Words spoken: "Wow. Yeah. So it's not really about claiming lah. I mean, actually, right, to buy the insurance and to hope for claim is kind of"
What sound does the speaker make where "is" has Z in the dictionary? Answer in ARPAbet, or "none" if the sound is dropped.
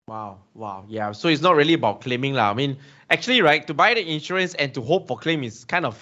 S